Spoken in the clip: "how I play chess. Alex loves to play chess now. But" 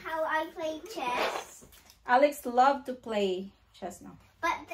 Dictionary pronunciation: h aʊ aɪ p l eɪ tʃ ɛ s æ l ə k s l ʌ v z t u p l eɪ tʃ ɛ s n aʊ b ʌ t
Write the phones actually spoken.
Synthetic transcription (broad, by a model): h aʊ aɪ p l eɪ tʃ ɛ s æ l ə k s l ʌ v t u p l eɪ tʃ ɛ s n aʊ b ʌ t